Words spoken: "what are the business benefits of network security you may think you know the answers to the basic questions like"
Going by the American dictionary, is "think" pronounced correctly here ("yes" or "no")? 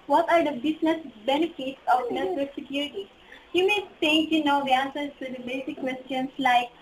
no